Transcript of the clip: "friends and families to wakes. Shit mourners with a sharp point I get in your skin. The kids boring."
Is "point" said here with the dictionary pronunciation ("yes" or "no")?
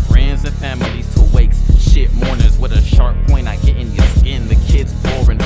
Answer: no